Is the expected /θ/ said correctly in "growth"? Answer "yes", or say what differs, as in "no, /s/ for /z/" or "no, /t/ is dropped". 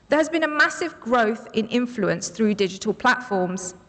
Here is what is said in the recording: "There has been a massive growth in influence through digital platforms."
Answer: yes